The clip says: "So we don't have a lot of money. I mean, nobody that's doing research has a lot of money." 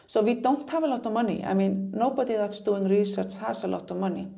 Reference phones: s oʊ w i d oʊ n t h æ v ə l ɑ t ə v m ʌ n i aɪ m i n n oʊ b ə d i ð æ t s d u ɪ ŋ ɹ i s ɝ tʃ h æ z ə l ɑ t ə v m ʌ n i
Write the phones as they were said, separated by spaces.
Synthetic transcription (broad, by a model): s oʊ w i d oʊ n t h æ v ə l ɑ t ə v m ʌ n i aɪ m i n n oʊ b ə d i ð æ t s d u ɪ ŋ ɹ i s ɝ tʃ h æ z ə l ɑ t ə v m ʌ n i